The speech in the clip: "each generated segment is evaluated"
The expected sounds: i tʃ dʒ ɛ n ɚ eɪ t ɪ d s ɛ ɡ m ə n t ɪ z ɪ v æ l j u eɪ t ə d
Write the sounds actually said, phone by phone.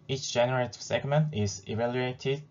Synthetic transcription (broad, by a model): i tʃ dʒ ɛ n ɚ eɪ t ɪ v s ɛ ɡ m ə n t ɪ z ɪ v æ l j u eɪ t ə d